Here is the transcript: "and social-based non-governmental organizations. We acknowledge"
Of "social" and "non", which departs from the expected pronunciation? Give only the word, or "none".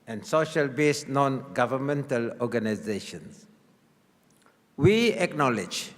none